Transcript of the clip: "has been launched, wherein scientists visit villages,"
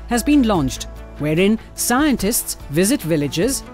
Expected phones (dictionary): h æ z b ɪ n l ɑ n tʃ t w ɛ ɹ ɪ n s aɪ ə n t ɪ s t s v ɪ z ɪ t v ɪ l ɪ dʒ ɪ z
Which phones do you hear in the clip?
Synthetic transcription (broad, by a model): h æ z b ɪ n l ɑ n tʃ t w ɛ ɹ ɪ n s aɪ ə n t ɪ s t s v ɪ z ɪ t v ɪ l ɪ dʒ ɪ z